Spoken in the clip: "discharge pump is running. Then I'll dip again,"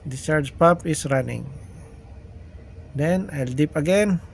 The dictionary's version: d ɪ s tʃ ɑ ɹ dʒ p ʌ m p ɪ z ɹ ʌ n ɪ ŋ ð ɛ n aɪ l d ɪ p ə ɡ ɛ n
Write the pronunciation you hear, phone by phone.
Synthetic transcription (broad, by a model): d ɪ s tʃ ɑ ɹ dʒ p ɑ p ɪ s ɹ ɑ n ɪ ŋ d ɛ n aɪ l d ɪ p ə ɡ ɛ n